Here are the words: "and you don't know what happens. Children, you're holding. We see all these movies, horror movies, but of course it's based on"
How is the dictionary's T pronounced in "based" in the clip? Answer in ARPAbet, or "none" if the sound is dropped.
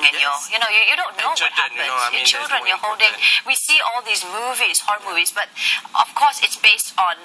T